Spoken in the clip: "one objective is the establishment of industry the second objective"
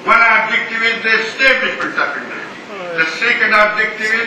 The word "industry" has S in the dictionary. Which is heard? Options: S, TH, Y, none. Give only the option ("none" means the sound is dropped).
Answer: none